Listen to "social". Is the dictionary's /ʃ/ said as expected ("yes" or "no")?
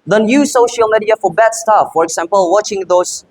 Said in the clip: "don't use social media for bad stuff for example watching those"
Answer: yes